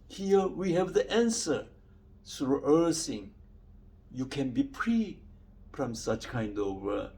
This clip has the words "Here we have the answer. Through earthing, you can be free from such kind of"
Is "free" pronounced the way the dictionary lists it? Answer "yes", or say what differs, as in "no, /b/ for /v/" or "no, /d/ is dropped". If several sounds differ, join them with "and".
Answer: no, /p/ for /f/